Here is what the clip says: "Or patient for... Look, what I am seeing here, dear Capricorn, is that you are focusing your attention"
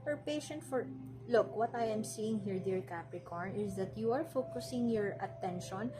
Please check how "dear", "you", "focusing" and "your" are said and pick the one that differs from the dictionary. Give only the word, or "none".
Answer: none